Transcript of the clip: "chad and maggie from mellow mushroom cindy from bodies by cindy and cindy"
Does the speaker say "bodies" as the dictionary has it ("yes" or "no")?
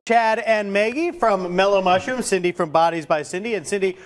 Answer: yes